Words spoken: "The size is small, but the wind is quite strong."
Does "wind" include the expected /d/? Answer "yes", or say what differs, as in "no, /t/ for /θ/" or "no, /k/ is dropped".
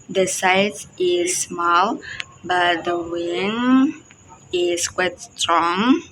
no, /d/ is dropped